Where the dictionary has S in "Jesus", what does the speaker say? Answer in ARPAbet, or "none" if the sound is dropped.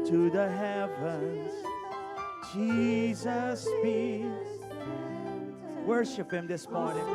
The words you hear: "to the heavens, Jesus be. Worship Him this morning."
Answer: S